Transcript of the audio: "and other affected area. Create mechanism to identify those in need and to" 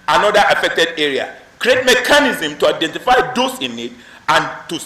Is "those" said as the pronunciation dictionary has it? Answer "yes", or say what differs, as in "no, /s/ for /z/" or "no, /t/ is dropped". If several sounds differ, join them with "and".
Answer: no, /s/ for /z/